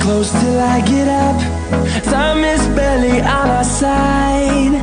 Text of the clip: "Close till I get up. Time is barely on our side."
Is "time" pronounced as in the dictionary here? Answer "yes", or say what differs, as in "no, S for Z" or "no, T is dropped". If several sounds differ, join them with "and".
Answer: no, S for T